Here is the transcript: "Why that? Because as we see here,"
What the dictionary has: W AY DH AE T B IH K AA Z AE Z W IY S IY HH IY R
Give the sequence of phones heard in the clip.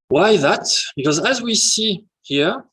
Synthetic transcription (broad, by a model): W AY DH AE T B IH K AA Z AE Z W IY S IY HH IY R